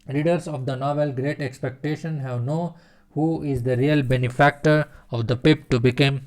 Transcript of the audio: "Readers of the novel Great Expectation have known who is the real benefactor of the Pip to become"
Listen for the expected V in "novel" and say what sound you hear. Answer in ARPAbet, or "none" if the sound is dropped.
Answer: V